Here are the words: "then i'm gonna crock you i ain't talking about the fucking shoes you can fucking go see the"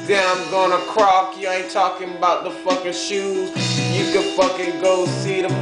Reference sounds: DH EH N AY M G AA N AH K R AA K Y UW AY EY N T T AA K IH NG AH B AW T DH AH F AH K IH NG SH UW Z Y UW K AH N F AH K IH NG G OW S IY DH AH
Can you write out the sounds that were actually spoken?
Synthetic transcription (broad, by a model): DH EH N AY M G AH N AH K R AA K Y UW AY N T T AA K IH NG AH B AW T DH AH F AH K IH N SH UW Z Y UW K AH F AH K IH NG G OW S IY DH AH